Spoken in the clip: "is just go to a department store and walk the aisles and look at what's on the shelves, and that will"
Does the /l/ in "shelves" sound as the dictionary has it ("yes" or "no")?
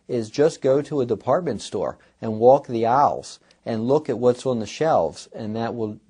yes